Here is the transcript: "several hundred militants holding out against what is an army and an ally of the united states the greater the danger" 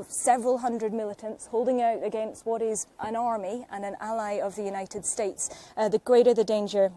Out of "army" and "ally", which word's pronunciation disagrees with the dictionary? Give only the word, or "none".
none